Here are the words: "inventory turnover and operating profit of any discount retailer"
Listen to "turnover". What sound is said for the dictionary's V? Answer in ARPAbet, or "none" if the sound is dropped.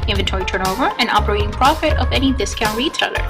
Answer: V